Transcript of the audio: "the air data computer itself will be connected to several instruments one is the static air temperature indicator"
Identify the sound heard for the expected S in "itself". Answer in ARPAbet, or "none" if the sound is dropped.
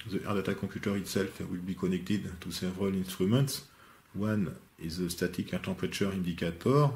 S